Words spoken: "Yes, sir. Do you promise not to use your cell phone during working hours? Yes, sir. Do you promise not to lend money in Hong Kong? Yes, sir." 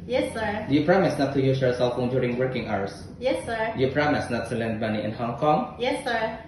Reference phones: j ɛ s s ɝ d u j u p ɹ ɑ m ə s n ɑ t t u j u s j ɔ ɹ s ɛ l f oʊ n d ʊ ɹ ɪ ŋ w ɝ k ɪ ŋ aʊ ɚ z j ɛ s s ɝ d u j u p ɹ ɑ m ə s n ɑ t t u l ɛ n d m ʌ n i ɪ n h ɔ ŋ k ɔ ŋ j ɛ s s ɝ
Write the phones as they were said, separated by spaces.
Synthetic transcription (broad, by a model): j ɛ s s ɝ d u j u p ɹ ɑ m ə s n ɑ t t u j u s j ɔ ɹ s ɛ l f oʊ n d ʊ ɹ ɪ ŋ w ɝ k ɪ ŋ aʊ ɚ s j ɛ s s ɝ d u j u p ɹ ɑ m ə s n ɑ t t u l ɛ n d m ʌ n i ɪ n h ɔ ŋ k ɔ ŋ j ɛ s s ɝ